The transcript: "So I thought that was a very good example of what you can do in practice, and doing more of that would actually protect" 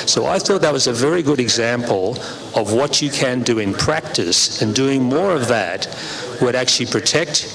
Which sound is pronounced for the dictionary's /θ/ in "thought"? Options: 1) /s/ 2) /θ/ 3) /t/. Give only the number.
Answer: 2